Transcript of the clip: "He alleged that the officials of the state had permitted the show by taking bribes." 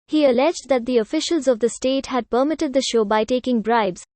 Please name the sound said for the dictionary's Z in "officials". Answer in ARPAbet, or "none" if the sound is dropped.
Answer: Z